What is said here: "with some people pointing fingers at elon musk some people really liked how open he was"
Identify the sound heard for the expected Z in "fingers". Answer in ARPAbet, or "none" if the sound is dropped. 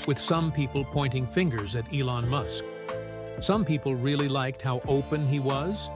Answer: Z